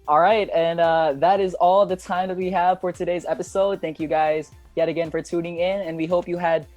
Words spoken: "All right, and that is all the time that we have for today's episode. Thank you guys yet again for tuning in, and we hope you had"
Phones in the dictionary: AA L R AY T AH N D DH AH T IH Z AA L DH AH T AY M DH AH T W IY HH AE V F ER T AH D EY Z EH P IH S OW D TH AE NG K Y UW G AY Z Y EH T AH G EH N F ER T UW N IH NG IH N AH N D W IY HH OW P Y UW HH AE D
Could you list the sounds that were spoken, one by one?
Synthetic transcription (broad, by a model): AA L R AY T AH N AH DH AH T IH Z AA L DH AH T AY M DH AH T W IY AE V F ER T AH D EY Z EH P IH S OW D TH AE NG K Y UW G AY Z Y EH T AH G EH N F ER T UW N IH NG IH N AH N W IY HH OW P Y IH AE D